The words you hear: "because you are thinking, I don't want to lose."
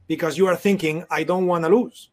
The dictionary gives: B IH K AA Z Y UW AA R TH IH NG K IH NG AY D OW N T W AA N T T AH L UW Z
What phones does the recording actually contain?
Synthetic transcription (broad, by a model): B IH K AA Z Y UW AA R TH IH NG K IH NG AY D OW N T W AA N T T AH L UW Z